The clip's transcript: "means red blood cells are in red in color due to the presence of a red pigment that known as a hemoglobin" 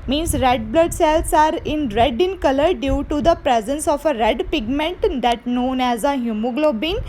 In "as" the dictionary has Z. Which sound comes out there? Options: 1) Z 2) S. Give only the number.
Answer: 1